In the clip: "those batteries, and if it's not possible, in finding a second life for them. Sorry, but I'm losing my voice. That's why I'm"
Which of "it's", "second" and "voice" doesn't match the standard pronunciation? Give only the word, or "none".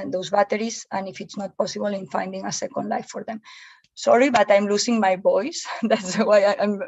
voice